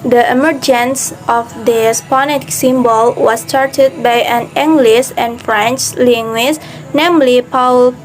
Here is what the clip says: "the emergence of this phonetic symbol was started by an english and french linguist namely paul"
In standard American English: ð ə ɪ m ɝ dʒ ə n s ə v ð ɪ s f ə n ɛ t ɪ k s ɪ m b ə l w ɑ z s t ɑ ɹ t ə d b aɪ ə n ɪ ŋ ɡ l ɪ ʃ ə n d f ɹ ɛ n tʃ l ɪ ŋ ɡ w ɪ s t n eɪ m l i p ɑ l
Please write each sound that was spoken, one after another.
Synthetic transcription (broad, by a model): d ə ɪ m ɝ dʒ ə n s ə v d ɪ s p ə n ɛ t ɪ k s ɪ m b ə l w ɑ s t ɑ ɹ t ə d b aɪ ə n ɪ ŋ ɡ l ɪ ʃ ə n f ɹ ɛ n tʃ l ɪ ŋ ɡ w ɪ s n eɪ m l i p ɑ l